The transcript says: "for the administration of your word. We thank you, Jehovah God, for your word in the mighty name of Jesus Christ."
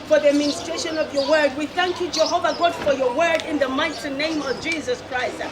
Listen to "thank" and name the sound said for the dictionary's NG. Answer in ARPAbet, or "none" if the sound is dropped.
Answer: NG